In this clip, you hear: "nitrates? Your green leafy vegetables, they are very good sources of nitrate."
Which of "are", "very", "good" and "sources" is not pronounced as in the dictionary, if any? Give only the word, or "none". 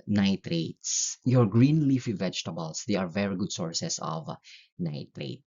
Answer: sources